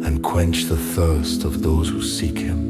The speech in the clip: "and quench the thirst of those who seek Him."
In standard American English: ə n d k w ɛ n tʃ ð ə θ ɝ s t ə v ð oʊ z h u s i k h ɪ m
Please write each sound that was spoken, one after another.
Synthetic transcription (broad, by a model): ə n k w ɛ n tʃ ð ə θ ɝ s t ə v ð oʊ z h u s i k h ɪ m